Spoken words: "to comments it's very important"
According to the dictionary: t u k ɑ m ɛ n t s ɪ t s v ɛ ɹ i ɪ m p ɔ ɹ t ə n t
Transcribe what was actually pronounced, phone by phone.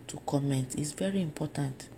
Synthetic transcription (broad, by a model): t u k ɑ m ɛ n t ɪ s v ɛ ɹ i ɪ m p ɔ t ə n t